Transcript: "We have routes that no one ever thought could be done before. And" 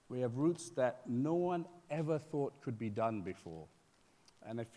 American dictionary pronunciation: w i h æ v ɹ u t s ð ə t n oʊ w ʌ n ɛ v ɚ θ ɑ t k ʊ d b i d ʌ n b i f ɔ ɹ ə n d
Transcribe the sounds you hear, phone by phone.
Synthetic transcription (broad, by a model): w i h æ v ɹ u t s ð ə t n oʊ w ʌ n ɛ v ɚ θ ɑ t k ʊ d b i d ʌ n b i f ɔ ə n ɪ